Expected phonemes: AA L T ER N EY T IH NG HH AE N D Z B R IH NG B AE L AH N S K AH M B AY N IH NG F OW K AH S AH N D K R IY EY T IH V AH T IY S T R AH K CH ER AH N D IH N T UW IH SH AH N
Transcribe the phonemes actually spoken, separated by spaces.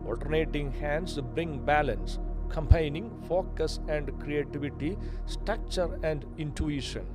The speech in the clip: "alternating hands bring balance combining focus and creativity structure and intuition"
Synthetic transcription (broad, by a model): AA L T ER N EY T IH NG HH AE N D S B R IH NG B AE L AH N S K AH M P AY N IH NG F OW K AH S AH N D K R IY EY T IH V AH T IY S T R AH K CH ER AH N D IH N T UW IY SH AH N